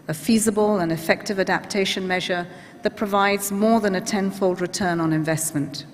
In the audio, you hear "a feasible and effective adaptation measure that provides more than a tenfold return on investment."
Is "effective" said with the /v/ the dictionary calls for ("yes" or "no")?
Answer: yes